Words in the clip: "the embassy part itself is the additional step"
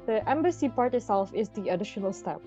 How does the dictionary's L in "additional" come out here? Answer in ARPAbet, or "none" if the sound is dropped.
L